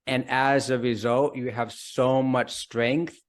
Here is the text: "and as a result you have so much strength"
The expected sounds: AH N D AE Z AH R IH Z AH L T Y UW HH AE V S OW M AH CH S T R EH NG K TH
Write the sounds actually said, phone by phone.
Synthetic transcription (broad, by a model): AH N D AE Z AH R IH Z AH L T Y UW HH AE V S OW M AH CH S T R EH NG K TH